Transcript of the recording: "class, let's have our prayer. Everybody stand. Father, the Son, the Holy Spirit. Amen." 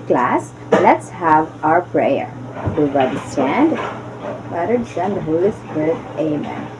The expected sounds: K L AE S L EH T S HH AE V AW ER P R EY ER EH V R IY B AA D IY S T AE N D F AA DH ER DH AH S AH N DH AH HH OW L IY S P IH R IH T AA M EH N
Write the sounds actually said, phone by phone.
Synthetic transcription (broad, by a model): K L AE S L EH T S HH AE V AW ER P R EY ER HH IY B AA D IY S T AE N D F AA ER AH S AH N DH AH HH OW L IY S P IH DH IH AA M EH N